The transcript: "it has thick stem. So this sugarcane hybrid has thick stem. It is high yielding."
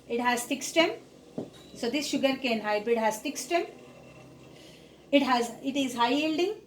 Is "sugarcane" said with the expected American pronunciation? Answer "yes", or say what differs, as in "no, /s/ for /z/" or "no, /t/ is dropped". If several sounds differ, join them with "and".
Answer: yes